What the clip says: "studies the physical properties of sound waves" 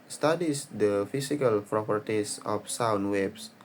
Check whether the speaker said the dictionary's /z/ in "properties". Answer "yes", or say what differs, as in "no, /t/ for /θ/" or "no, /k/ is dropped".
no, /s/ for /z/